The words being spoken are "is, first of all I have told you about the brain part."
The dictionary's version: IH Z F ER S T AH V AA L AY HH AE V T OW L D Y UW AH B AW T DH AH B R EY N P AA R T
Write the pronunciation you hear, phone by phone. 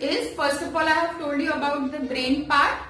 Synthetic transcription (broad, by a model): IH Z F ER S AH F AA L AY HH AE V T OW L D Y UW AH B AW T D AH B R EY N P AA R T